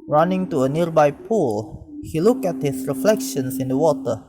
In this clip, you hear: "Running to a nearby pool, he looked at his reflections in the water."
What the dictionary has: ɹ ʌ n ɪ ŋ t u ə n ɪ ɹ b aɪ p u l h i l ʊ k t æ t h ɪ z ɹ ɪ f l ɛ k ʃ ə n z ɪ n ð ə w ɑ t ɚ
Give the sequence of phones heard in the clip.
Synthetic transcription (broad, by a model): ɹ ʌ n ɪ ŋ t u ə n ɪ ɹ b aɪ p u l h i l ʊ k æ t h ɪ s ɹ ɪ f l ɛ k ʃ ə n s ɪ n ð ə w ɑ t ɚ